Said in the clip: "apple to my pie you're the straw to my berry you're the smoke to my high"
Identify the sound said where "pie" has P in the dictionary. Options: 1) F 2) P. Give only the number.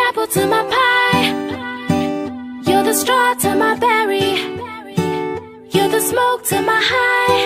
2